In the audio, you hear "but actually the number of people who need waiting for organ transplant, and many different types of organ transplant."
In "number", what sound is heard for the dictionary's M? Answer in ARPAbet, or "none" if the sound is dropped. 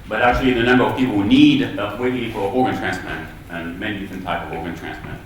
M